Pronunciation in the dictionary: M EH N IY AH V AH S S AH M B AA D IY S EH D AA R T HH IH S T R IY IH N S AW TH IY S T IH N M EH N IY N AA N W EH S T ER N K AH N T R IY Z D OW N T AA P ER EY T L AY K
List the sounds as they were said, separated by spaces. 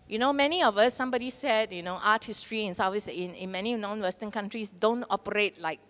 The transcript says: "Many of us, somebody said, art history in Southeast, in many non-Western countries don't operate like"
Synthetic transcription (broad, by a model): M EH N IY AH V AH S S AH M B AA D IY S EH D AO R T HH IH S T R IY IH N S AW F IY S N IH N M EH N IY N AA N W EH S T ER N K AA N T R IY S D OW N T AA P ER EY T L AY K